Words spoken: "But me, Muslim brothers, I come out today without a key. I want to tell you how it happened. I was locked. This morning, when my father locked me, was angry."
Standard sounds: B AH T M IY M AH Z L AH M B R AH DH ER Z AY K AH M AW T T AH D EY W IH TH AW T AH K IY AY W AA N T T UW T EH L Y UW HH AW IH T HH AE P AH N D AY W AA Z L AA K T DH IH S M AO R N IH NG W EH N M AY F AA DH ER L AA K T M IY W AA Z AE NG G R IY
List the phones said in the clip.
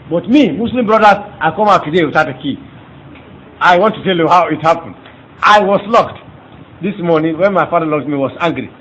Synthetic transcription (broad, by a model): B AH T M IY M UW S L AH M B R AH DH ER AY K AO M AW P T AH D EY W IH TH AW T AH K IY AY W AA N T T UW T EH L Y UW HH AW IH T HH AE P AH N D AY W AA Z L AA K T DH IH S M AO R N IH NG W EH N M AY F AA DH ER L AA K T M IY W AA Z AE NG G R IY